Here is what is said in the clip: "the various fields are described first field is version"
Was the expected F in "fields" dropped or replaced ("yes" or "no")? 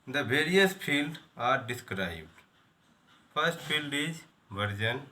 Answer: yes